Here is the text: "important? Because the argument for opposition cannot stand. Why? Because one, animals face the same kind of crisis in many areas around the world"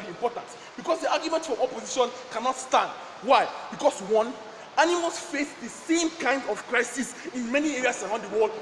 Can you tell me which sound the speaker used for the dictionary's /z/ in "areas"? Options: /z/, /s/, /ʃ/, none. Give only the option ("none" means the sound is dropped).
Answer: /s/